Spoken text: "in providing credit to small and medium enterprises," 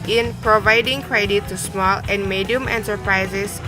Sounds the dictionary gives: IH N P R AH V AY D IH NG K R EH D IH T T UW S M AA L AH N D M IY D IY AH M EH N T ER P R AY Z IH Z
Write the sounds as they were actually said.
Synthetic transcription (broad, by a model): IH N P R AH V AY D IH NG K R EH D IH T T UW S M AA L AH N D M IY D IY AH M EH N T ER P R AY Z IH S